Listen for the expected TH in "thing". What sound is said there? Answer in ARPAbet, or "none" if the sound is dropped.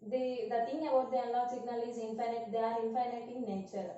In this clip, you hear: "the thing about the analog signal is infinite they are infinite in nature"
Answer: T